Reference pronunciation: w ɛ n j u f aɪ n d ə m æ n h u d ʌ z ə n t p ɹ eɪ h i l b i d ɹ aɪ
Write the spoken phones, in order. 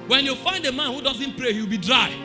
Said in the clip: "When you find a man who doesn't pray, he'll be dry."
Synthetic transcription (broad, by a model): w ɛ n j u f aɪ n d ə m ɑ n h u d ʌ z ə n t p ɹ eɪ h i w b i d ɹ aɪ